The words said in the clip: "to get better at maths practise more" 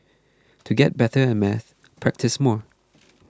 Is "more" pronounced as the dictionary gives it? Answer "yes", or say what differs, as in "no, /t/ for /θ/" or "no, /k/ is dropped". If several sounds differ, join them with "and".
yes